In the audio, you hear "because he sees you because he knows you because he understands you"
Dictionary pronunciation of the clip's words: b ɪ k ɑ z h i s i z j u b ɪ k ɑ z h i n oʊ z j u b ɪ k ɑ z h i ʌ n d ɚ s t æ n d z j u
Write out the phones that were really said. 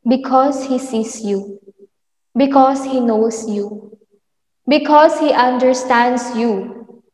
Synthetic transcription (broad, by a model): b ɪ k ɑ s h i s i s j u b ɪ k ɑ s h i n oʊ s j u b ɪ k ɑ s h i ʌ n d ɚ s t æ n d s j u